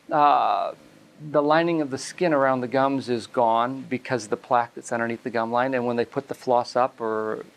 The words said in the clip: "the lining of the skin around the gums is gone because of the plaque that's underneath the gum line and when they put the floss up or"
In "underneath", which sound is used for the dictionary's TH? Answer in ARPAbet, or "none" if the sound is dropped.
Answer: T